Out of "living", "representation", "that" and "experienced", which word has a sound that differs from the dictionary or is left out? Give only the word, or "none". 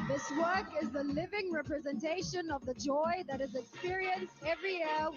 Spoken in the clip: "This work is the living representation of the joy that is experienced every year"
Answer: none